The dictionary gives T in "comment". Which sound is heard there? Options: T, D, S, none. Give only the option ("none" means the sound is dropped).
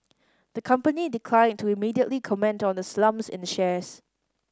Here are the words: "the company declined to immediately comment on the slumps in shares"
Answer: T